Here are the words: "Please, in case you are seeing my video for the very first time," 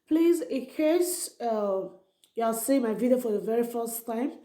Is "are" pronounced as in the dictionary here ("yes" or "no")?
no